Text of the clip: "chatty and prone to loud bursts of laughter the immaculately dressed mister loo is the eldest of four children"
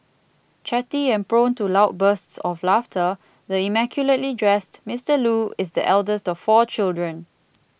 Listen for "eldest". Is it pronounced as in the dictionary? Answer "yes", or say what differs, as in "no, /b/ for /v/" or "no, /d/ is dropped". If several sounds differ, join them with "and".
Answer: yes